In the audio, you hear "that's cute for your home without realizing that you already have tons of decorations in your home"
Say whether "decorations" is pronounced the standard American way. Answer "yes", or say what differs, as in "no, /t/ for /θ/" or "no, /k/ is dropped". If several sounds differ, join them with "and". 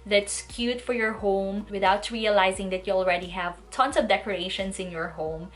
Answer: no, /s/ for /z/